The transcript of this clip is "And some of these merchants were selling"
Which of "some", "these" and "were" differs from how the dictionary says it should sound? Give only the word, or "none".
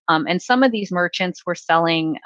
none